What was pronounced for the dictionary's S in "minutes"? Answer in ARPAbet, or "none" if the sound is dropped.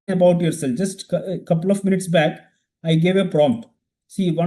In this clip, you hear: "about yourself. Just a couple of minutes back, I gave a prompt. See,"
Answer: S